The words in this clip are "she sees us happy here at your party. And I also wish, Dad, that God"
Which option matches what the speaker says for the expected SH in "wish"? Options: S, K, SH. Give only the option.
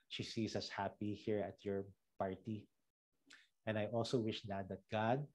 SH